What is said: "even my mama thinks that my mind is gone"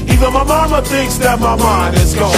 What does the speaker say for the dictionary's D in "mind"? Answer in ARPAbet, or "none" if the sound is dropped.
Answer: none